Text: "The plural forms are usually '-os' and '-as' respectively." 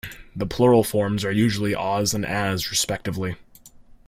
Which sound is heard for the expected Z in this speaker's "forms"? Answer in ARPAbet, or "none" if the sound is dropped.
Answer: Z